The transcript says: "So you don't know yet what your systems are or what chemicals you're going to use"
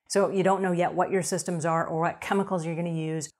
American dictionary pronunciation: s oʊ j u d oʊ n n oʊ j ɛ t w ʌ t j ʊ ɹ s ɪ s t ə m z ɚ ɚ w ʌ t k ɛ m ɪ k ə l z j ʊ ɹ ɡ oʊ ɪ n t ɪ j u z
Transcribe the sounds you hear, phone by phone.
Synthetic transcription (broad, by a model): s oʊ j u d oʊ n n oʊ j ɛ t w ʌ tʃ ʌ ɹ s ɪ s t ə m z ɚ ɚ w ʌ t k ɛ m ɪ k l z j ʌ ɹ ɡ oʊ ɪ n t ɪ j u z